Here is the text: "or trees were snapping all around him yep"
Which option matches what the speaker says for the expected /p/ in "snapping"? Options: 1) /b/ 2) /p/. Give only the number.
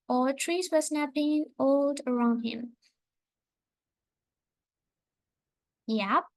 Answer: 1